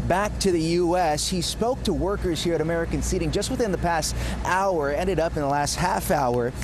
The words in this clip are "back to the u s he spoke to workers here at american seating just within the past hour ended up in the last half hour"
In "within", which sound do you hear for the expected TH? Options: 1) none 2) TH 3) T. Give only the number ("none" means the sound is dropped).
2